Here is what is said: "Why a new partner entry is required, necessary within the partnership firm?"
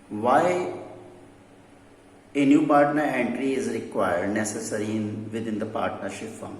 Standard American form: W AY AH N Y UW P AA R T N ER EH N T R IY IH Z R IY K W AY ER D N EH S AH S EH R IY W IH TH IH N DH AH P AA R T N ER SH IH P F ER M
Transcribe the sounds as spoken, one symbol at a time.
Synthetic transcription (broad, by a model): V AY AH N Y UW P AA R T N ER EH N T R IY IH Z R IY K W AY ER D N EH S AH S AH R IY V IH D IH N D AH P AA R T N ER SH IH P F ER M